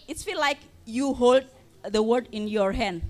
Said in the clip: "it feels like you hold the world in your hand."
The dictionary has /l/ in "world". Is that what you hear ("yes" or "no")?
no